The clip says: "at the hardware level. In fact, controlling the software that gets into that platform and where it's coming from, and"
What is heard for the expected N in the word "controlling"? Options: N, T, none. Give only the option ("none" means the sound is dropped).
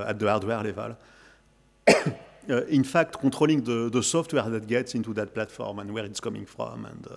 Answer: none